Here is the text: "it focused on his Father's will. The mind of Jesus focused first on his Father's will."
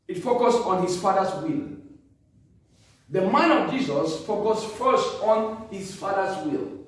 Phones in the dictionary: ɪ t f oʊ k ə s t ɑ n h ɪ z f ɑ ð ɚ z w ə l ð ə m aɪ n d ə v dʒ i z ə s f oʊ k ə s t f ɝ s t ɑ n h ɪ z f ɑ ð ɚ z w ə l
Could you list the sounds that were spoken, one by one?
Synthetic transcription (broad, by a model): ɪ t f oʊ k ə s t ɑ n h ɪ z f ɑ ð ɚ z w ə l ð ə m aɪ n ə v dʒ i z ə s f oʊ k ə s f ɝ s t ɑ n h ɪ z f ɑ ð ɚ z w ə l